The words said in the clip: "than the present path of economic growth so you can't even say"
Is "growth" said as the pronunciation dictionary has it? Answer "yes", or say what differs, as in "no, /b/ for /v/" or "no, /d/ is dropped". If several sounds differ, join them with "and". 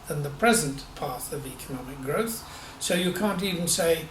yes